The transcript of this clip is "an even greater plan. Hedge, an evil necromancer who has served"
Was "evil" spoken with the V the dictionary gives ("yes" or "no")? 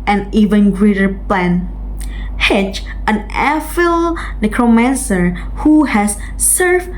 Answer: no